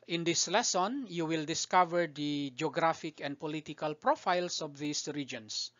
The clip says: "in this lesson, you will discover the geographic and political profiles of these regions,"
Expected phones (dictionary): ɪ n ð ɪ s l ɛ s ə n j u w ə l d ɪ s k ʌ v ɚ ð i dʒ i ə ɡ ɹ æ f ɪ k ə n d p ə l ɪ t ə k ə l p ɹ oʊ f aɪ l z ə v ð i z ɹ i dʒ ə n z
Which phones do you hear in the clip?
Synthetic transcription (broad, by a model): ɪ n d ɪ s l ɛ s ə n j u w ə l d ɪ s k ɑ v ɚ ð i dʒ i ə ɡ ɹ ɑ f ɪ k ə n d p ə l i t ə k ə l p ɹ oʊ f aɪ l s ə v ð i s ɹ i dʒ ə n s